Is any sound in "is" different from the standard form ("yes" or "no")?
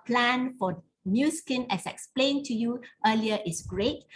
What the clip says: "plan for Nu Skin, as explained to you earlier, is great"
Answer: yes